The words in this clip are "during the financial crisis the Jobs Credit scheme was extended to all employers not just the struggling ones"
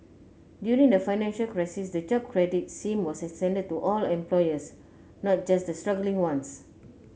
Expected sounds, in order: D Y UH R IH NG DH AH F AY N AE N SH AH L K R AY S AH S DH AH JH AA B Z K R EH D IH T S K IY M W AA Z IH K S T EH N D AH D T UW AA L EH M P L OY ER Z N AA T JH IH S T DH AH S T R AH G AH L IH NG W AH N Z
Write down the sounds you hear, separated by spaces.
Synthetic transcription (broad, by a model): D Y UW R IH NG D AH F AY N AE N SH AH L K R AY S AH S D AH JH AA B K R EH D IH T S IY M W AA S IH K S T EH N D AH D T UW AA L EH M P L OY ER S N AA T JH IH S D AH S T R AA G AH L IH NG W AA N S